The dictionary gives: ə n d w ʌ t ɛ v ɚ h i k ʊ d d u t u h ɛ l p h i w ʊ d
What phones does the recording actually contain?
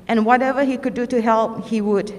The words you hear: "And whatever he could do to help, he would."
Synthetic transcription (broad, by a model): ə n w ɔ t ɛ v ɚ h i k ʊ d d u t u h ɛ l p h i w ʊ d